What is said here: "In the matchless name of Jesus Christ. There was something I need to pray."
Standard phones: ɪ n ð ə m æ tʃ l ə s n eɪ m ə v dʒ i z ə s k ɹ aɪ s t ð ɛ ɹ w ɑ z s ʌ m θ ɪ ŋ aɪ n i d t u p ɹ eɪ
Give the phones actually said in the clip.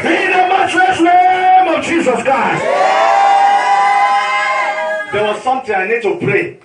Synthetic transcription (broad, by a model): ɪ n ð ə m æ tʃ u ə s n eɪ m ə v dʒ i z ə s k ɹ aɪ s t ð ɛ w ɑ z s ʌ m t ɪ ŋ aɪ n i d t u p ɹ eɪ